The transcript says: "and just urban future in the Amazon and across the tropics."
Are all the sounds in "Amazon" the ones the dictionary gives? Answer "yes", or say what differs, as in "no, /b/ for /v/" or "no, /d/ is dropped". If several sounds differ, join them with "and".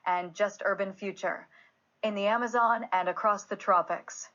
yes